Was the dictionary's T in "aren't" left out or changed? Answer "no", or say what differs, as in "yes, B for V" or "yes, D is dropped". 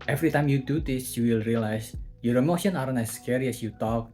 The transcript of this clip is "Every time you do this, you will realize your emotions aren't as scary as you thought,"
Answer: yes, T is dropped